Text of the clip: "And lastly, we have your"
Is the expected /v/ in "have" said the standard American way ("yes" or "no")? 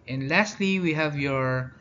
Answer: yes